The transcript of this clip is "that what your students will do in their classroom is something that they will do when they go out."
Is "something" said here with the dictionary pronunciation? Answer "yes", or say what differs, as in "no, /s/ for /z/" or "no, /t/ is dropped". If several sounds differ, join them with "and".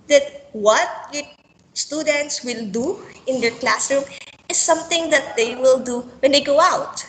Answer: no, /t/ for /θ/